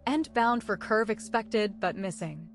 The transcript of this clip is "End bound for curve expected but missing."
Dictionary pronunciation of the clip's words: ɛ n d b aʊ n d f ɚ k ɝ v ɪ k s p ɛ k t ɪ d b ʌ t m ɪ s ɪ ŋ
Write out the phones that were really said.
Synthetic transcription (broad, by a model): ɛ n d b aʊ n d f ɚ k ɝ v ɪ k s p ɛ k t ɪ d b ʌ t m ɪ s ɪ ŋ